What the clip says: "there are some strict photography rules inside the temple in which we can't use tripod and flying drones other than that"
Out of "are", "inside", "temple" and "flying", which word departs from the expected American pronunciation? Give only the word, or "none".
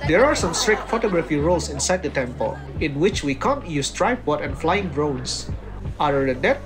none